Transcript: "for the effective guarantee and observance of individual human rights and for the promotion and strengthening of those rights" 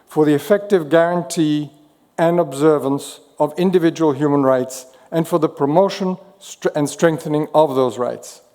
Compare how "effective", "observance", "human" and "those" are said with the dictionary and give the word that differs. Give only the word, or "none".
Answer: none